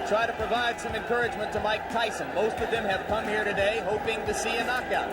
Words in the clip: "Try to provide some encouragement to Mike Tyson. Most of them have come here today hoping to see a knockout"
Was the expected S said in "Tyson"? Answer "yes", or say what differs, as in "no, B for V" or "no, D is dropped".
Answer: yes